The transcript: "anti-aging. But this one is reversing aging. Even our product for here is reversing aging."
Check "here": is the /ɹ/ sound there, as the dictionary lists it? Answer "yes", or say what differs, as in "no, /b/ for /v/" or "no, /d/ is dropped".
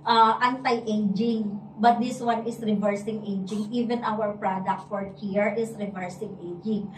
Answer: yes